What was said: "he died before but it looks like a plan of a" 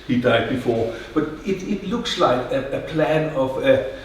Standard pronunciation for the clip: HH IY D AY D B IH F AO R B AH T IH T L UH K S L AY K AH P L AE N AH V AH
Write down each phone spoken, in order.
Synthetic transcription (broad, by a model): HH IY D AY D B IH F AO R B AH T IH T L UH K S L AY K AH P L AE N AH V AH